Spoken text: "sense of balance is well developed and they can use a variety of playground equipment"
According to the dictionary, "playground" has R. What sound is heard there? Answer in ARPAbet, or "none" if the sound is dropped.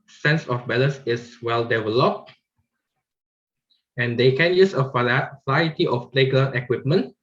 none